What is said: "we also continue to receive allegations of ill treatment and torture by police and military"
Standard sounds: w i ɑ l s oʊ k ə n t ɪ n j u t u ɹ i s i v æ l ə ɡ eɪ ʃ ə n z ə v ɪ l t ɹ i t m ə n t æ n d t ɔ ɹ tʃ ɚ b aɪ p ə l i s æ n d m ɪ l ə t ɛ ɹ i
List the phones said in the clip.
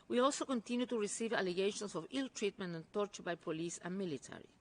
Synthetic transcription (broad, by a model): w i ɑ l s oʊ k ə n t ɪ n j u t u ɹ i s i v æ l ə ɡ eɪ ʃ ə n s ə v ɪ l t ɹ i t m ə n t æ n t ɔ ɹ tʃ ɚ b aɪ p ə l i s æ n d m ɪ l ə t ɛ ɹ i